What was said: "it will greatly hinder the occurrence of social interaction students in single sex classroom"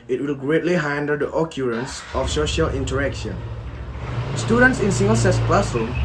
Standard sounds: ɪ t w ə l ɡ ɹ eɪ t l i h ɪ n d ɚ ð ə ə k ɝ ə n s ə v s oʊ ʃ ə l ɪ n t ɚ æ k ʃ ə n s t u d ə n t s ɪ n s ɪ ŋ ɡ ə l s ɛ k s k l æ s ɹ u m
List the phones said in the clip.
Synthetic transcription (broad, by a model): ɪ t w ə l ɡ ɹ eɪ t l i h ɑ n d ɚ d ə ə k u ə n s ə f s oʊ ʃ ə l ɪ n t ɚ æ k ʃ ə n s t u d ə n t s ɪ n s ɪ ŋ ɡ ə l s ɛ s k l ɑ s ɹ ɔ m